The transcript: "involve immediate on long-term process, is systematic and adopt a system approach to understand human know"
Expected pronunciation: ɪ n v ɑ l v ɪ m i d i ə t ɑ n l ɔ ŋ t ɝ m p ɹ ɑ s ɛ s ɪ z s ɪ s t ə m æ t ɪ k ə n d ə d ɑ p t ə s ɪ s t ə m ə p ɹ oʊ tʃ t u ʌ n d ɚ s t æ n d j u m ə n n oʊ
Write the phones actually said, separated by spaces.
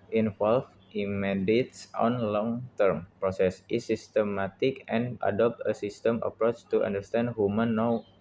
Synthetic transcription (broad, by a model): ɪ n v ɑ l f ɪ m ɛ d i t ɑ n l ɔ ŋ t ɝ m p ɹ ɑ s ɛ s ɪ s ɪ s t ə m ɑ t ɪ k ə n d ə d ɑ p t ə s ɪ s t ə m ə p ɹ oʊ tʃ t u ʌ n d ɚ s t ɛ n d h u m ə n n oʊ